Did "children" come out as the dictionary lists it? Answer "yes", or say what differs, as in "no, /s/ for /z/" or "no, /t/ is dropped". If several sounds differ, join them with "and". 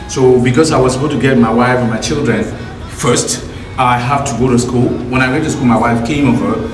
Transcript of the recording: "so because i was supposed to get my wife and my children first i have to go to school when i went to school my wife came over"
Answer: yes